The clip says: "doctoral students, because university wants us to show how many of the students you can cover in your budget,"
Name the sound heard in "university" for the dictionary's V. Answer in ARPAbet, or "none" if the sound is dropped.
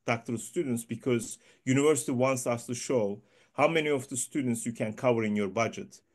V